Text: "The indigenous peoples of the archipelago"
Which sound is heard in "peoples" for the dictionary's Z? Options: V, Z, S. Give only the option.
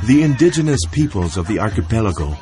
Z